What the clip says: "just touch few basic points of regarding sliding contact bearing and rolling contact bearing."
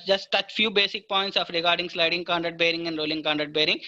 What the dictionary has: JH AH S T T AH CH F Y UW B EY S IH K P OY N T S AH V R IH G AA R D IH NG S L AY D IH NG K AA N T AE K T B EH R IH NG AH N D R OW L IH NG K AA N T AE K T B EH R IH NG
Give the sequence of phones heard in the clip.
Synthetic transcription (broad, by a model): JH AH S T T AH CH F Y UW B EY S IH K P OY N T S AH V R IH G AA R D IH NG S L AY D IH NG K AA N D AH T B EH R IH NG AH N D R OW L IH NG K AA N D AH T B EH R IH NG